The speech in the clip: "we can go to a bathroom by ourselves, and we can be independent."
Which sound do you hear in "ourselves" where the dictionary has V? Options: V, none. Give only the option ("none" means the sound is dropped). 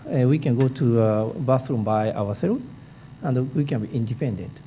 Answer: none